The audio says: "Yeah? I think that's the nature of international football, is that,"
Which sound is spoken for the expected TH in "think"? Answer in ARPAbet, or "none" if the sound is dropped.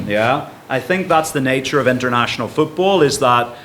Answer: TH